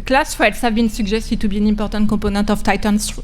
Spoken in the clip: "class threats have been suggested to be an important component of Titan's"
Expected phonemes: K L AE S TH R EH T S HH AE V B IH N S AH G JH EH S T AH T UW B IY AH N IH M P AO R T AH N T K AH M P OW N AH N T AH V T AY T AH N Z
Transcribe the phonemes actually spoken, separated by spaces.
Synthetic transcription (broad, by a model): K L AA S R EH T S HH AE V B IH N S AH G ZH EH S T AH T UW B IY N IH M P AO R T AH T K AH P OW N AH T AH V T AY T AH N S